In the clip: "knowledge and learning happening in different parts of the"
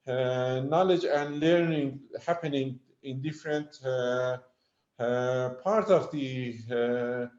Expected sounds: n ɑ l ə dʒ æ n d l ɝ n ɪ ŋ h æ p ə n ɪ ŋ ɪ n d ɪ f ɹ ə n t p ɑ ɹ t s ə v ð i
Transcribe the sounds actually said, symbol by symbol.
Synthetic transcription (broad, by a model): n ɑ l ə dʒ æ n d l ɝ n ɪ ŋ h æ p ə n ɪ ŋ ɪ n d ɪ f ɹ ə n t p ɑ ɹ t ə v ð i